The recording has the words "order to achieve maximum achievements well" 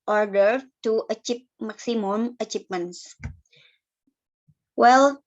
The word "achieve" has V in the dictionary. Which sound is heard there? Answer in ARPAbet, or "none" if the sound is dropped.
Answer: P